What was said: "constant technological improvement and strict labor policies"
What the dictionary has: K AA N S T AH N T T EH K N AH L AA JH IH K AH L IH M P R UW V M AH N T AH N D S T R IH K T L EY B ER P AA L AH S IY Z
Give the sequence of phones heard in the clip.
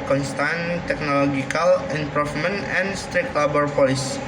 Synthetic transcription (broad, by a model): K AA N S T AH N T T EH K N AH L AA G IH K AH L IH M P R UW F M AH N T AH N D S T R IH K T L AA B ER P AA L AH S